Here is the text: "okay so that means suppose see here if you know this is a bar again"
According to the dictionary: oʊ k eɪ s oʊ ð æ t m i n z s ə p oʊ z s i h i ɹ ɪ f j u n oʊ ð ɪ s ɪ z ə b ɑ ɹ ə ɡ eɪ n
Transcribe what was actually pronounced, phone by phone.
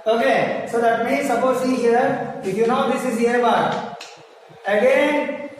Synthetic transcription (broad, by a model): oʊ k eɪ s oʊ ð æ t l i z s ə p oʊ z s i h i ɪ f j u n oʊ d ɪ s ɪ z ə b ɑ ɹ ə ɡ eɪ n